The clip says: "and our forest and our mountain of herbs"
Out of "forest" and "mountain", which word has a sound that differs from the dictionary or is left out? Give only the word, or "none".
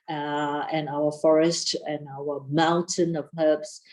none